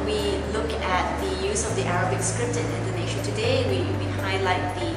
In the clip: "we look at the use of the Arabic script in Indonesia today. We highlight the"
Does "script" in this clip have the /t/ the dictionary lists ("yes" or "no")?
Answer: yes